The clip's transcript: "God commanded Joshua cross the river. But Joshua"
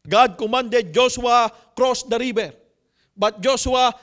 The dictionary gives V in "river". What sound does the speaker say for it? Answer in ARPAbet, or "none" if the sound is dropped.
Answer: B